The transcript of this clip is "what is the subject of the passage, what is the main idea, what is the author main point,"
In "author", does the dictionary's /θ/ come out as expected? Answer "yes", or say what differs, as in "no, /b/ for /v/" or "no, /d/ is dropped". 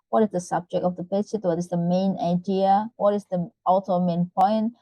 no, /t/ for /θ/